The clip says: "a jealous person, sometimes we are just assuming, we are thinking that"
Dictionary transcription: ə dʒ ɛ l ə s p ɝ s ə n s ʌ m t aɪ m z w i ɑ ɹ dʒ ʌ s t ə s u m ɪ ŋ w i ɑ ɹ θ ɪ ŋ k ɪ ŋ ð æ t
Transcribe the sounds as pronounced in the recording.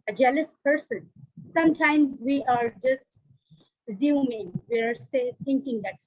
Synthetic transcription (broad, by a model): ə dʒ ɛ l ə s p ɝ s ə n s ʌ m t aɪ m z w i ɑ ɹ dʒ ʌ s t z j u m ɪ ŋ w i ɑ ɹ s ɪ ŋ k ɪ ŋ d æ t